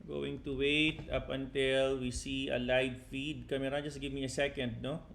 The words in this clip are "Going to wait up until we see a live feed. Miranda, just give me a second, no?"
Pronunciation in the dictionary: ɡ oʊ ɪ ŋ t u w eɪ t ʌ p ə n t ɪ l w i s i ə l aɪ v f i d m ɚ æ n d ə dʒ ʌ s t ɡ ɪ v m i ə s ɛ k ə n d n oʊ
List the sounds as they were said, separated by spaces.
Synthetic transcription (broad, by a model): ɡ oʊ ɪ ŋ t u w eɪ t ʌ p ə n t ɪ l w i s i ə l aɪ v f i d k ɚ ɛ d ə dʒ ʌ s t ɡ ɪ v m i ə s ɛ k ə n d n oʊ